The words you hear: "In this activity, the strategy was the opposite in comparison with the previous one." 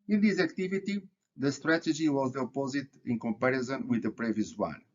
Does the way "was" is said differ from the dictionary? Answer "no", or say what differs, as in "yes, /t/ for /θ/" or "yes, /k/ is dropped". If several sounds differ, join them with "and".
no